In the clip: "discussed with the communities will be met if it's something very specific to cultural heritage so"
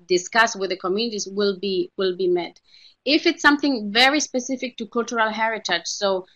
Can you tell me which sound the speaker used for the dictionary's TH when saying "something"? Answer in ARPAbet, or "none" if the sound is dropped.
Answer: TH